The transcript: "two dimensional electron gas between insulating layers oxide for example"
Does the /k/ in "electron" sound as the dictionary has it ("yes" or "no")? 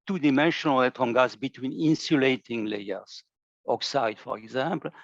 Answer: no